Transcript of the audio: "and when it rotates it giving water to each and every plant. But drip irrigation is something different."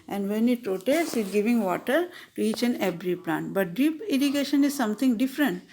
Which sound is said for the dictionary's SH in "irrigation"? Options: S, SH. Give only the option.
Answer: SH